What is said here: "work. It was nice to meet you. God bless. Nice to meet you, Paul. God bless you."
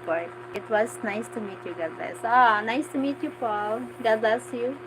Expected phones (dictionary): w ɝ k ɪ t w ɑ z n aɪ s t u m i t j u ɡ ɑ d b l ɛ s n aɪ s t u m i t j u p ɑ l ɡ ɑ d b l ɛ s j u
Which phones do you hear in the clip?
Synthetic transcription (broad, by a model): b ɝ ɪ t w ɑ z n aɪ s t u m i t j u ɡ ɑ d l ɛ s n aɪ s t u m i t j u p ɑ l ɡ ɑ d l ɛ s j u